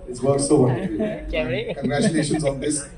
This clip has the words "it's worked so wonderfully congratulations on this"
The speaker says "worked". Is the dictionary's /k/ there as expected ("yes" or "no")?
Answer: no